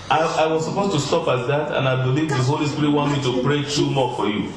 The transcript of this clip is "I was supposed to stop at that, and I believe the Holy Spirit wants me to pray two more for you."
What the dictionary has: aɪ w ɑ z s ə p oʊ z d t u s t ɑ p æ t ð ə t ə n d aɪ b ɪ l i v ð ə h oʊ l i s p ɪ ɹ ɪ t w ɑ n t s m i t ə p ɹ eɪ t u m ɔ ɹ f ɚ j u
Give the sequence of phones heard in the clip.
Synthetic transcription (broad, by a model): aɪ w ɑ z s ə p oʊ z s t u s t ɑ p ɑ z ð ə t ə n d aɪ b ɪ l i v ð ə h oʊ l i s p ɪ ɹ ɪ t w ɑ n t m i t ə p ɹ eɪ t u m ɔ f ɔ j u